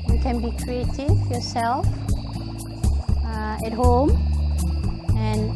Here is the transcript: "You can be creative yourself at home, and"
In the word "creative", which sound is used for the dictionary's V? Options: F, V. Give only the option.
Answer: F